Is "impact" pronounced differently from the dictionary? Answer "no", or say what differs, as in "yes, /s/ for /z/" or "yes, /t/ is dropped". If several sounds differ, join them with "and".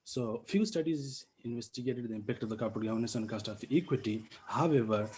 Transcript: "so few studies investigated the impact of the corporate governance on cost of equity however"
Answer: no